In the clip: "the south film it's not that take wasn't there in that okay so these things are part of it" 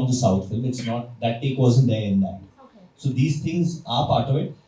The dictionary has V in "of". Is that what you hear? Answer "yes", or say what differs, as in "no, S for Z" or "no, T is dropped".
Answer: yes